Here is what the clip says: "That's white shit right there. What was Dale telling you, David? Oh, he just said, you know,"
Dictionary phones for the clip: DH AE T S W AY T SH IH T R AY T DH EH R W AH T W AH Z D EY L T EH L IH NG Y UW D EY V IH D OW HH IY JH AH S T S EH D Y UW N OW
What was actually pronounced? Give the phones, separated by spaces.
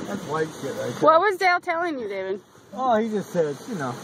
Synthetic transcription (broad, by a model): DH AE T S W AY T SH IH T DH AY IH W AH T W AH Z D EY L T EH L IH NG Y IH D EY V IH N OW HH IY JH AH S T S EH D Y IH N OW